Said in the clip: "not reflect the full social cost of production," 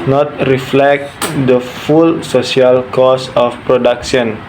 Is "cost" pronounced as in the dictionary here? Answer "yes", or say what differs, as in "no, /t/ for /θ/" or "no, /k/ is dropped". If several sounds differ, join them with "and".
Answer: no, /t/ is dropped